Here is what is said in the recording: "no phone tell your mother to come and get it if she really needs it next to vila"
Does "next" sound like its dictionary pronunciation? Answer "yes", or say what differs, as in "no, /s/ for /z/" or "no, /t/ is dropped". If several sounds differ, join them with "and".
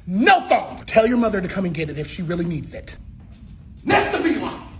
no, /k/ is dropped